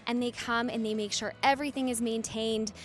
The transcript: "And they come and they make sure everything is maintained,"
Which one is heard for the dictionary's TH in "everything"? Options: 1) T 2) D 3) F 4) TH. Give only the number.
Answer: 4